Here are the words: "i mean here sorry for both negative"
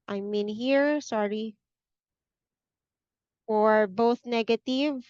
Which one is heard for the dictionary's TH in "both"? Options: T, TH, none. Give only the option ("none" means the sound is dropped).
TH